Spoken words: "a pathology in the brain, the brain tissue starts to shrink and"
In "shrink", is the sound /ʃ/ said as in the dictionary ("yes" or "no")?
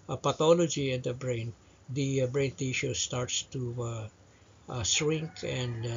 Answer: no